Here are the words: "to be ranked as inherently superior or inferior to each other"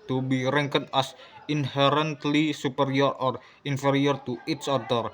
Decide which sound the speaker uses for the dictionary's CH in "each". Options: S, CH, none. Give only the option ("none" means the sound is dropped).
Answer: S